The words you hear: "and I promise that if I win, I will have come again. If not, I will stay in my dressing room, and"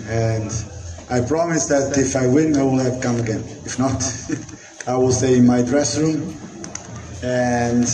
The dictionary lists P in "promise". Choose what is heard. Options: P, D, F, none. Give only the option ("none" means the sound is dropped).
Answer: P